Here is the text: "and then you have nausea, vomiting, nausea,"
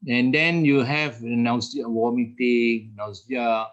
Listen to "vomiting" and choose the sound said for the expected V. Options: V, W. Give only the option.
W